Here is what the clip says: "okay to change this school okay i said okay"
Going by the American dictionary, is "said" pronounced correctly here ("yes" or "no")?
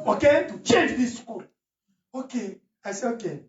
no